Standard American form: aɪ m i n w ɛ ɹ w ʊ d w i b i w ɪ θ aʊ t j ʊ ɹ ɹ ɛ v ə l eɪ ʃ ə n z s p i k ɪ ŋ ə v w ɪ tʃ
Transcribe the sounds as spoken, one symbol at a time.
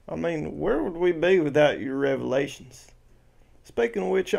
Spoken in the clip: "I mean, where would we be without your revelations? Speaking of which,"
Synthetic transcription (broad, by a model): aɪ m i n w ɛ ɹ w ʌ d w i b i w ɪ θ aʊ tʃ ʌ ɹ ɹ ɛ v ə l eɪ ʃ n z s p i ɪ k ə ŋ w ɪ tʃ